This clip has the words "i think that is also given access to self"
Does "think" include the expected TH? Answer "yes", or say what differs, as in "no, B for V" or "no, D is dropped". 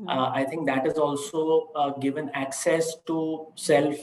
no, T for TH